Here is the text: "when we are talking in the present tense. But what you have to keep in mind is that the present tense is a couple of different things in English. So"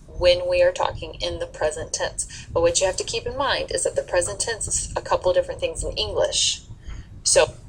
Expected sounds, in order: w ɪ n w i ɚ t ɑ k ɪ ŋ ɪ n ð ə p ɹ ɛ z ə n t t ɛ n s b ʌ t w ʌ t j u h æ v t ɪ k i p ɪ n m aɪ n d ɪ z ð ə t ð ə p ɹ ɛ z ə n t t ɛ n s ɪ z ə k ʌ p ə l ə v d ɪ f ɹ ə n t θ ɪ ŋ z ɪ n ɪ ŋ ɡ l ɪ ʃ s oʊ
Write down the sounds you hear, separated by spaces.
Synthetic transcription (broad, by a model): w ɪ n w i ɚ t ɑ k ɪ ŋ ɪ n ð ə p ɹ ɛ z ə n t t ɛ n s b ʌ t w ʌ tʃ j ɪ h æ f t ɪ k i p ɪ n m aɪ n d ɪ z ð ə t ð ə p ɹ ɛ z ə n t t ɛ n s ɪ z ə k ʌ p l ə v d ɪ f ɹ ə n θ ɪ ŋ z ɪ n ɪ ŋ ɡ l ɪ ʃ s oʊ